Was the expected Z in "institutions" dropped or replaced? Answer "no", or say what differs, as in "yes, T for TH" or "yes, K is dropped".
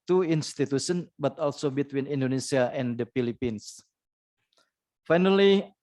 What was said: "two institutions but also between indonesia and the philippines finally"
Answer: yes, Z is dropped